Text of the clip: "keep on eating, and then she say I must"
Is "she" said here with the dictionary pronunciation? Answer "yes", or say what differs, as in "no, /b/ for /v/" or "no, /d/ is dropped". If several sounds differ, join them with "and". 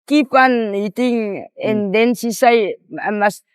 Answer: no, /s/ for /ʃ/